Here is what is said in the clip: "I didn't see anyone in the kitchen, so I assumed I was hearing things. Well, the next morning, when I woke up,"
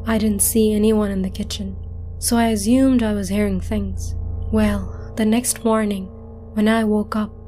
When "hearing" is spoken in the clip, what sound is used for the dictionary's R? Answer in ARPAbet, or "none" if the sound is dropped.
R